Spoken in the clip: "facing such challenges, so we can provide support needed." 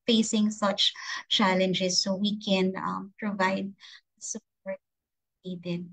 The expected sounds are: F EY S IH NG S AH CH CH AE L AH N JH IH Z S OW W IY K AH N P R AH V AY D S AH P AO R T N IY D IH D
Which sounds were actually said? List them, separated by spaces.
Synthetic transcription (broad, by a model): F EY S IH NG S AH CH CH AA L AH N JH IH S OW W IY K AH N P R AH V AY D S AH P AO R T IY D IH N